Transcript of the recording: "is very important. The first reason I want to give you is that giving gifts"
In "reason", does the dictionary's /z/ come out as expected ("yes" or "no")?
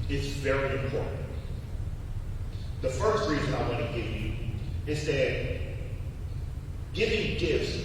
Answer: yes